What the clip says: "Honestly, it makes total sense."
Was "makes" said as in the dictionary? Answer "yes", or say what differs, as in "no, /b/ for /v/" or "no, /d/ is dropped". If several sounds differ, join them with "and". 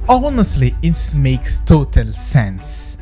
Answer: yes